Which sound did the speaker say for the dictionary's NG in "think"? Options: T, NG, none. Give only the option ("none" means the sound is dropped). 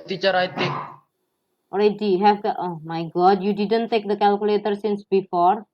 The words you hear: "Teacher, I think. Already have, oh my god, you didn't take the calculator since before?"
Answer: none